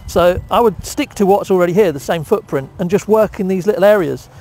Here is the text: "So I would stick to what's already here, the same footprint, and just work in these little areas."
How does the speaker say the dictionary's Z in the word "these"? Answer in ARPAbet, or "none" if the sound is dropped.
Z